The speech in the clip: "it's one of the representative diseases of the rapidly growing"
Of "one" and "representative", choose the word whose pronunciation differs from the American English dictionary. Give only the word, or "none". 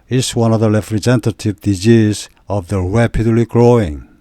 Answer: representative